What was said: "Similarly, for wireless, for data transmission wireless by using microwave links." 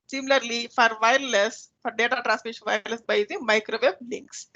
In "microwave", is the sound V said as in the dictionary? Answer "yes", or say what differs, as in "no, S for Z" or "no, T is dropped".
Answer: no, B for V